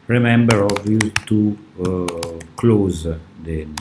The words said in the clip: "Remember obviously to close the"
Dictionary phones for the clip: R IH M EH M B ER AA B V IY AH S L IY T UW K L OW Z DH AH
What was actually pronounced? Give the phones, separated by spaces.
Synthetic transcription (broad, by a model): R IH M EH M B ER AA V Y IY T UW K L OW Z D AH